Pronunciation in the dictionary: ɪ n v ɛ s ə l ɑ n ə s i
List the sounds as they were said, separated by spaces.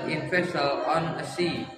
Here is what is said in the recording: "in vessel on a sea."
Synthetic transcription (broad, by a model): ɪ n f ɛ s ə ɑ n ə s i